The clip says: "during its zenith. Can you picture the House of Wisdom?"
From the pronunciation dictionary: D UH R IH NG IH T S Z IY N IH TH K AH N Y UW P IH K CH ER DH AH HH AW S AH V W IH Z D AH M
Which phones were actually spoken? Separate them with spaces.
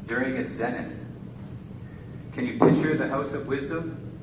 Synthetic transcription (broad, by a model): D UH R IH NG IH T S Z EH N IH T K AH N Y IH P IH K CH ER DH AH HH AW S AH V W IH Z D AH M